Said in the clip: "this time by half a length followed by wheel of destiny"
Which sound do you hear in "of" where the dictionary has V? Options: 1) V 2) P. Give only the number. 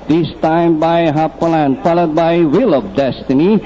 2